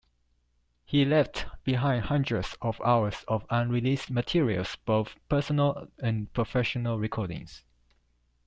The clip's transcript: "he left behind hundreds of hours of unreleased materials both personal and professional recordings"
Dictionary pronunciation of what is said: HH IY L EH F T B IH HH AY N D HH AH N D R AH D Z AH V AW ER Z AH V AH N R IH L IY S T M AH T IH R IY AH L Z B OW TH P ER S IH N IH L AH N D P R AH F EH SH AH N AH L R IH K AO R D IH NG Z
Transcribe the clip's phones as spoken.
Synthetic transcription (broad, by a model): HH IY L EH F T B IH HH AY N D HH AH N D R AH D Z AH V AW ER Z AH V AH N R IH L IY S T M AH T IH R IY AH L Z B OW TH P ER S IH N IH L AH N P R AH F EH SH AH N AH L R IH K AO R D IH NG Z